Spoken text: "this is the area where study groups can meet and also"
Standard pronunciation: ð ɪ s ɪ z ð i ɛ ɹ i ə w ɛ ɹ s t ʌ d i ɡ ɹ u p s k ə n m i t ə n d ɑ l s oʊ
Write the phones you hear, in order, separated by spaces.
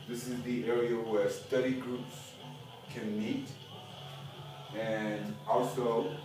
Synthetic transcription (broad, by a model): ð ɪ s ɪ z ð i ɛ ɹ i ə w ɛ ɹ s t ʌ d i ɡ ɹ u p s k ə n m i t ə n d ɑ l s oʊ